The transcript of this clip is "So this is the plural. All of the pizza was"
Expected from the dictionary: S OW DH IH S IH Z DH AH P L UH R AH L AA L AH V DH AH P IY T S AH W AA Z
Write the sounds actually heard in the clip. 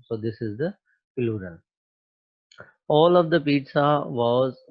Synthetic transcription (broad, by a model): S OW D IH S IH Z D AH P L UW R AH L AA L AH V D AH P IY T S AH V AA Z